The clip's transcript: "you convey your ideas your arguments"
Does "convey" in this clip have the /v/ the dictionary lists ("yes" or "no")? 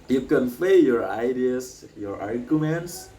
no